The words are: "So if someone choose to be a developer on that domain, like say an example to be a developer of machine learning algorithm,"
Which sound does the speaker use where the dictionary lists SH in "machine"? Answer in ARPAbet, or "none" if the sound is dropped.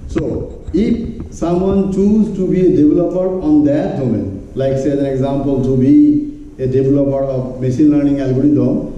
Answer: S